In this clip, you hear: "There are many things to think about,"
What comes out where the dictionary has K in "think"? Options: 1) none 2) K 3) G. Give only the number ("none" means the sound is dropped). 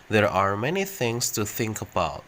2